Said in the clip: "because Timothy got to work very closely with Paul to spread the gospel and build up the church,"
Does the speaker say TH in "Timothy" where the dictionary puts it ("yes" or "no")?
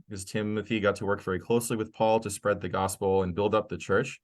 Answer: yes